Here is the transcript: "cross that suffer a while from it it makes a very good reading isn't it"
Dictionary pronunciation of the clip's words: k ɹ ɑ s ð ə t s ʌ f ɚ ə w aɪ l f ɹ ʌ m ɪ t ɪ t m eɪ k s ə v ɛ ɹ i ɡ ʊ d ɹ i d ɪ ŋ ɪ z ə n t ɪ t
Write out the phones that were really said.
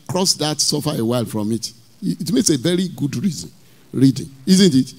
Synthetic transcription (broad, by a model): k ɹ ɑ s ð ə t s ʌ f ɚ ə w aɪ l f ɹ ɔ m ɪ t t m eɪ k s ə v ɛ ɹ i ɡ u d ɹ i d ɪ ŋ ɪ z ə n t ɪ t